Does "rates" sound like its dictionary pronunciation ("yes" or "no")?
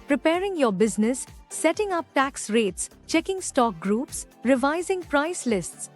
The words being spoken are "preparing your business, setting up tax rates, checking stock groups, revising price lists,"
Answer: yes